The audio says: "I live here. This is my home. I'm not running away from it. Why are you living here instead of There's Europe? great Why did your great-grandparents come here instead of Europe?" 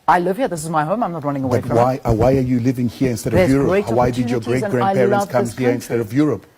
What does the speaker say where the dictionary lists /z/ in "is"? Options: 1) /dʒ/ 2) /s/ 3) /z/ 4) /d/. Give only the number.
3